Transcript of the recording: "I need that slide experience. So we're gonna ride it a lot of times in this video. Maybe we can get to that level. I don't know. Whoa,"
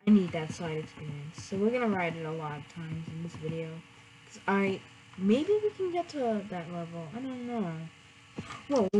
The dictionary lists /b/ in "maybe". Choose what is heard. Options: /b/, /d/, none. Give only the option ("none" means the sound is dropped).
/b/